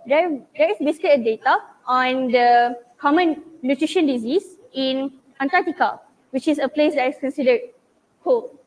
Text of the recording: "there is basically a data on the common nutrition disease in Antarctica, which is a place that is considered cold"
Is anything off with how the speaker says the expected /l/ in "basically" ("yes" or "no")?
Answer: yes